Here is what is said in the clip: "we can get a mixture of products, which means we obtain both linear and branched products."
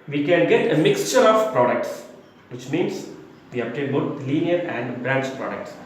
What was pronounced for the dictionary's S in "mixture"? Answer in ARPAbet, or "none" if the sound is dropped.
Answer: S